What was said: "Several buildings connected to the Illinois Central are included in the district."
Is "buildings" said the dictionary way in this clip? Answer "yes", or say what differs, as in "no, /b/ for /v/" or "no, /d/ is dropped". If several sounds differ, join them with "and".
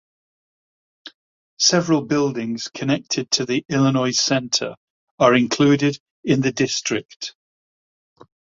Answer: yes